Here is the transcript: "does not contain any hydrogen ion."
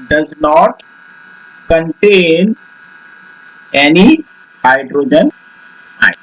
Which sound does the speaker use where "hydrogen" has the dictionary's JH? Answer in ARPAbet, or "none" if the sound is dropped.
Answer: JH